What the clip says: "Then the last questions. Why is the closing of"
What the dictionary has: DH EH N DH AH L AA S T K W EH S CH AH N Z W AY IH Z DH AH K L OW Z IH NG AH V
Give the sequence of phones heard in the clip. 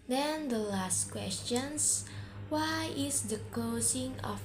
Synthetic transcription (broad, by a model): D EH N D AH L AA S T K W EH S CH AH N S W AY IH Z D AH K OW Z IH NG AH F